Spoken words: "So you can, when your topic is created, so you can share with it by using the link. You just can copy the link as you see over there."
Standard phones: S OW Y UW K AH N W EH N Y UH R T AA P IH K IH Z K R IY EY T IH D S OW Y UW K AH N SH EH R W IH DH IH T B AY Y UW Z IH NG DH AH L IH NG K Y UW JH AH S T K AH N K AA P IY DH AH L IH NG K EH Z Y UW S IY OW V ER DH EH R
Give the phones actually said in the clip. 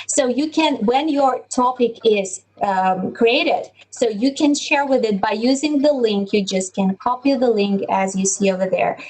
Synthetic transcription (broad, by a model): S OW Y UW K AH N W EH N Y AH R T AA P IH K IH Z K R IY EY T IH D S OW Y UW K AH N SH EH R W IH DH IH T B AY Y UW Z IH NG DH AH L IH NG K Y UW JH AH S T K AH N K AA P IY DH AH L IH NG K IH Z Y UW S IY OW V ER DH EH R